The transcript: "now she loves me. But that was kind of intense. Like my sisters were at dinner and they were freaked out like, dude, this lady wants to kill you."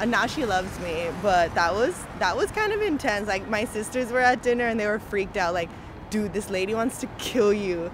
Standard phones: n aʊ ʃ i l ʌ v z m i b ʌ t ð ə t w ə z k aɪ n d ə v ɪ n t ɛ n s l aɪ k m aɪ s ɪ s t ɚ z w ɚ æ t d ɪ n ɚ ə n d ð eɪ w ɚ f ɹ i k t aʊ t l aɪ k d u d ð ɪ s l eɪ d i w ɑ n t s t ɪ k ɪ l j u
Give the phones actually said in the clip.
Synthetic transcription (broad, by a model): n aʊ ʃ i l ʌ v z m i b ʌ t ð ə t w ə z k aɪ n d ə v ɪ n t ɛ n s l aɪ k m aɪ s ɪ s t ɚ z w ɚ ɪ t d ɪ n ɚ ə n ð eɪ w ɚ f ɹ i k t aʊ t l aɪ k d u ð ɪ s l eɪ d i w ɑ n t s t ɪ k ɪ l j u